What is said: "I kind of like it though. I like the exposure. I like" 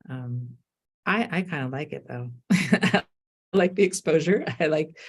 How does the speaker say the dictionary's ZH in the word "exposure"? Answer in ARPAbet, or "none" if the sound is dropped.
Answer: ZH